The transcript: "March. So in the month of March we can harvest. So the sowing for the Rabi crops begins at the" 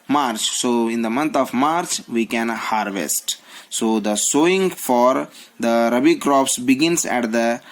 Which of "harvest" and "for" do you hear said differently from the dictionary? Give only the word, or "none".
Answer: none